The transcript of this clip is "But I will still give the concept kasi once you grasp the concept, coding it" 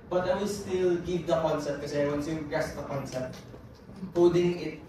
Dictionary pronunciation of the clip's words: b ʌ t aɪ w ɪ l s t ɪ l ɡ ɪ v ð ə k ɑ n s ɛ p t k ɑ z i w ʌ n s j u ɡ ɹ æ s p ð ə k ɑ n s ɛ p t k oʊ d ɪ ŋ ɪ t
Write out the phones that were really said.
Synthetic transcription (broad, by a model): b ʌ t aɪ w ɪ l s t ɪ l ɡ ɪ v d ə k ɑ n s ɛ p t k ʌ s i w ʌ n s j u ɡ ɛ s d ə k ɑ n s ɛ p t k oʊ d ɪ ŋ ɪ t